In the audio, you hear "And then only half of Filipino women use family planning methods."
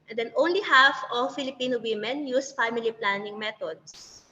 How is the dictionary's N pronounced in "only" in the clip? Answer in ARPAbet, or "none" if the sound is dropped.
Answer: N